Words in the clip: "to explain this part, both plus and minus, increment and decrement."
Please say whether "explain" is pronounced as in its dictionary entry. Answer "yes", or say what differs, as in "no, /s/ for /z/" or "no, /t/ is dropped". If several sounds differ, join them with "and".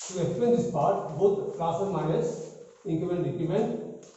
no, /l/ is dropped